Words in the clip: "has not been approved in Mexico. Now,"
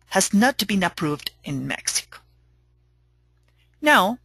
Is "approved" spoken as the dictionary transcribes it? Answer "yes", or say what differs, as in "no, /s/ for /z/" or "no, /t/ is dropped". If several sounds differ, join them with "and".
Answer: yes